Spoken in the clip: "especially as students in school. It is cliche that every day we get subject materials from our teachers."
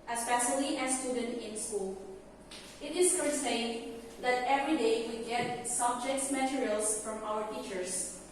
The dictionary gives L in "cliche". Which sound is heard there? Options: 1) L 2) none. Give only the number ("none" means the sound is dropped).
2